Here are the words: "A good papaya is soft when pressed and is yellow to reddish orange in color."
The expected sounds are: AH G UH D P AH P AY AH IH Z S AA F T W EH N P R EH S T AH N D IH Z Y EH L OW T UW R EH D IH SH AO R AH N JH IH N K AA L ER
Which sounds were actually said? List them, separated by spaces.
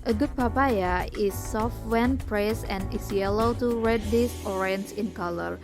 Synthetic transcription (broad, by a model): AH G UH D P AH P AY AH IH S AA F T W EH N P R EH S AH N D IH S Y EH L OW T UW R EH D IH S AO R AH N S IH N K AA L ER